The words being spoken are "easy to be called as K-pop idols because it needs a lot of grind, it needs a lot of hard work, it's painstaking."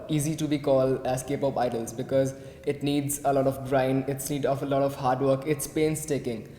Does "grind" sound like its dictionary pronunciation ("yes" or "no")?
no